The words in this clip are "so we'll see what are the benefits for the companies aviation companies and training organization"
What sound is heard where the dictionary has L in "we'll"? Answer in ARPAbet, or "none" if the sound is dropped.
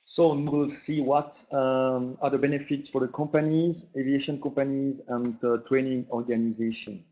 L